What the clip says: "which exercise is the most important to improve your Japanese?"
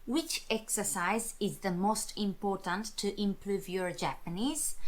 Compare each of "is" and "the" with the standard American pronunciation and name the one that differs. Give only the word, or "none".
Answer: none